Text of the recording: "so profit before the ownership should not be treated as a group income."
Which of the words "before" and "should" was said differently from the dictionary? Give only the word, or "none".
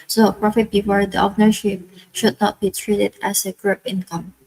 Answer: none